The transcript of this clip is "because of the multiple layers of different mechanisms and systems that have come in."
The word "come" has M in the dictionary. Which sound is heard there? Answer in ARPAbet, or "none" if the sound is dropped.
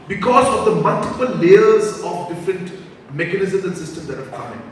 none